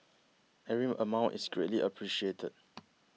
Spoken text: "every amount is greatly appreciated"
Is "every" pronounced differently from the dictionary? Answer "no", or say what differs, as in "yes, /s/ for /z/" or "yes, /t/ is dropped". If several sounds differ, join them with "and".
yes, /v/ is dropped